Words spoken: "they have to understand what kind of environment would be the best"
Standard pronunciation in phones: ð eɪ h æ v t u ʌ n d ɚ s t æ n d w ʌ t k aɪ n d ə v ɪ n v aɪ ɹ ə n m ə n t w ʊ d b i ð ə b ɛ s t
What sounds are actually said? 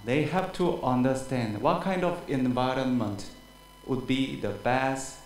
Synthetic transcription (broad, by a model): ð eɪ h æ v t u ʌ n d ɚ s t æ n d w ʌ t k aɪ n d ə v ɪ n v aɪ ɹ ə n m ə n t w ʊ d b i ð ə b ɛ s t